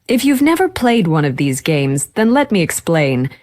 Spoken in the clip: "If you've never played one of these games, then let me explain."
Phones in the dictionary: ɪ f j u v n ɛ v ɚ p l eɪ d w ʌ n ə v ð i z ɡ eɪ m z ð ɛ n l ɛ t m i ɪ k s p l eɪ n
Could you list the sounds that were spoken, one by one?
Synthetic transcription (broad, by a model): ɪ f j u v n ɛ v ɚ p l eɪ d w ʌ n ə v ð i z ɡ eɪ m z ð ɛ n l ɛ t m i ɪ k s p l eɪ n